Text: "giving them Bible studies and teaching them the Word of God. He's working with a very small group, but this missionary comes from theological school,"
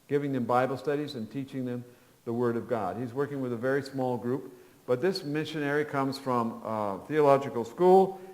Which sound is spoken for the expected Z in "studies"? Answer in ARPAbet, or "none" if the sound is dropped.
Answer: Z